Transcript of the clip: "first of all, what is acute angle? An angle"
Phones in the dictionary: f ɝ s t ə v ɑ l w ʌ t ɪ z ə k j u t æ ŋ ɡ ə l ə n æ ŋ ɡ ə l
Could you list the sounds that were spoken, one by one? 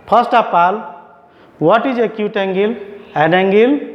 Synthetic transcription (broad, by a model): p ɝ s t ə p ɑ l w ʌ t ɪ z ə k j u t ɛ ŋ ɡ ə l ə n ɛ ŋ ɡ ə l